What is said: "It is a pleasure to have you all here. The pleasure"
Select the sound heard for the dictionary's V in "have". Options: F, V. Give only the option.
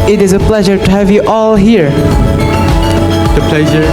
V